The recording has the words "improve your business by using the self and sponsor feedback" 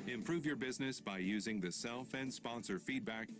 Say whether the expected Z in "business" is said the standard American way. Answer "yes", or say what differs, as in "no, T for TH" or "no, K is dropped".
yes